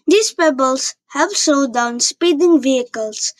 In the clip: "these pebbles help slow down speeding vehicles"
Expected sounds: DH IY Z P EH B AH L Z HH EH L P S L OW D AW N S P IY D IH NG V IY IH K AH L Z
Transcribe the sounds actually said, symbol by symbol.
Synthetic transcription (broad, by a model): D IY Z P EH B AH L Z HH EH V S OW D AW N S P IY D IH NG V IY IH K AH L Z